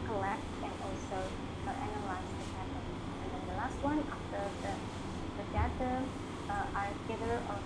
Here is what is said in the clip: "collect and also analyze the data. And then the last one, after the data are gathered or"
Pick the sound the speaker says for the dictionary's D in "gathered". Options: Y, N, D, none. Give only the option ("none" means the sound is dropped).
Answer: none